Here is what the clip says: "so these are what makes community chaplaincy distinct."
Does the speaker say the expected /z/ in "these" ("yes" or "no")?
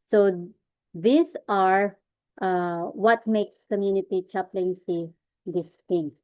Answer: no